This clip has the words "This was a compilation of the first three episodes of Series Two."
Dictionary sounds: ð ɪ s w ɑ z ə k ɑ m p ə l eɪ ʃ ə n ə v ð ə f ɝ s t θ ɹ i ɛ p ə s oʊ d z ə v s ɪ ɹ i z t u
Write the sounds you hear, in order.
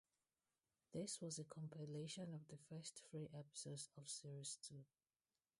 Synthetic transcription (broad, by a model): ð ɪ s w ɑ z ə k ɑ m p ə l eɪ ʃ ə n ə v ð ə f ɝ s t f ɹ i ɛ p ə s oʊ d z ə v s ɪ ɹ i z t u